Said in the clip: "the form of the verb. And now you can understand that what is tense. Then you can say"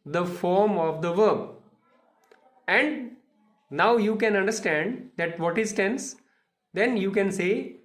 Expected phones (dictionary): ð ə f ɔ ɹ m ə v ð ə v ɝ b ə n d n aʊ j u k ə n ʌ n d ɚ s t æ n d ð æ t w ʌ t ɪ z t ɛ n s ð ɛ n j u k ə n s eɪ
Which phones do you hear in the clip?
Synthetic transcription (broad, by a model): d ə f ɔ ɹ m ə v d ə v ɝ b ə n d n aʊ j u k ə n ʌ n d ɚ s t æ n d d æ t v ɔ t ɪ s t ɛ n s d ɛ n j u k ə n s eɪ